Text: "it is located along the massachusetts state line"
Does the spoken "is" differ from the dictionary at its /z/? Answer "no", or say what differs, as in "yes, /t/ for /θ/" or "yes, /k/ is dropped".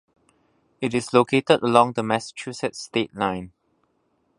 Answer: yes, /s/ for /z/